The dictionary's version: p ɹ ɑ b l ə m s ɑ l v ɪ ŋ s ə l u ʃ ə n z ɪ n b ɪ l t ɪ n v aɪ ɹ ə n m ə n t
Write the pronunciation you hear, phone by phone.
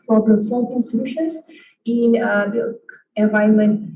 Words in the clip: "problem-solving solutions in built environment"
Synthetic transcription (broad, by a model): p ɹ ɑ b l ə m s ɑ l f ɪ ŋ s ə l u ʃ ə n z ɪ n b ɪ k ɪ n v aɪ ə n m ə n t